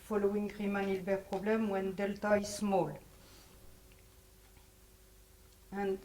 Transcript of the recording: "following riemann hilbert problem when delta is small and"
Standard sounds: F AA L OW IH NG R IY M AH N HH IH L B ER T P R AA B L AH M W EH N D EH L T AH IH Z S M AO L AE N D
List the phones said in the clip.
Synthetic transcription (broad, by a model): F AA L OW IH NG R IY M AH N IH L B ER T P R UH B L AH M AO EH N D EH L T AH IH S M AO L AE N